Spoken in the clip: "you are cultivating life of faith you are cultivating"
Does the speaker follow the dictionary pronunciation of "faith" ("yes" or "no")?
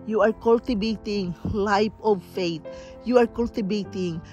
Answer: no